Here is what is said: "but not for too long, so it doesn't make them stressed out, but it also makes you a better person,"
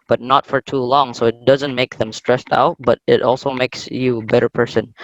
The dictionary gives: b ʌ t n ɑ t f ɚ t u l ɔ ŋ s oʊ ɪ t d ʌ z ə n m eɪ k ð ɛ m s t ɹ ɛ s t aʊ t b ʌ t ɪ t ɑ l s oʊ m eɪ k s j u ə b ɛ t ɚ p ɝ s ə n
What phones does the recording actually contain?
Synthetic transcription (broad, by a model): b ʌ t n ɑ t f ɚ t u l ɔ ŋ s oʊ ɪ t d ʌ z ə n m eɪ k ð ɛ m s t ɹ ɛ s t aʊ t b ʌ t ɪ t ɑ l s oʊ m eɪ k s j u ə b ɛ t ɚ p ɝ s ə n